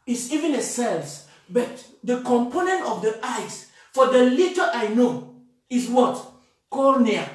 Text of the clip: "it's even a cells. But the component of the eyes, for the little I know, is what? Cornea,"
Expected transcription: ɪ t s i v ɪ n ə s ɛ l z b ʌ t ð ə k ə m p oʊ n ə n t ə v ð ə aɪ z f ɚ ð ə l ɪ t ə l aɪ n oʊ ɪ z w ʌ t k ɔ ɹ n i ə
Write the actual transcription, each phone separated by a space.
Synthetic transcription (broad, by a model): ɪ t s i v ɪ n ə s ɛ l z b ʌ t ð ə k ə m p oʊ n ə n t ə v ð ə aɪ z f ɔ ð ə l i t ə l aɪ n oʊ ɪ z w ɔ t k ɔ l n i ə